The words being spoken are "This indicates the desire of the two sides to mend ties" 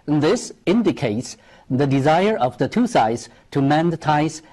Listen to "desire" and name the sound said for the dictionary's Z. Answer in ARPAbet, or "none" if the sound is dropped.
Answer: Z